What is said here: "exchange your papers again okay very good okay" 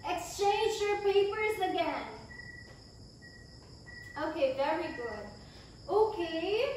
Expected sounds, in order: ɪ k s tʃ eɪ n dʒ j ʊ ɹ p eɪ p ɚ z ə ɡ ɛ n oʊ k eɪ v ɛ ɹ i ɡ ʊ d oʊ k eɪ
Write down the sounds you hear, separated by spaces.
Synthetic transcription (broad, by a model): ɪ k s tʃ eɪ n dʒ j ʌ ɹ p eɪ p ɚ z ə ɡ ɛ n oʊ k eɪ v ɛ ɹ i ɡ ʊ d oʊ k eɪ